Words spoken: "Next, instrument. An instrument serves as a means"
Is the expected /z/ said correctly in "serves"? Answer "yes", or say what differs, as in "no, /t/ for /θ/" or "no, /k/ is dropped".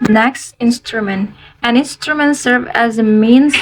no, /z/ is dropped